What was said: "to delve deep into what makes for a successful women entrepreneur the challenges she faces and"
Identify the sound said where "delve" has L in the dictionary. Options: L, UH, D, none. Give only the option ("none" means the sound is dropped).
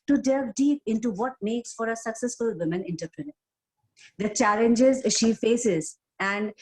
none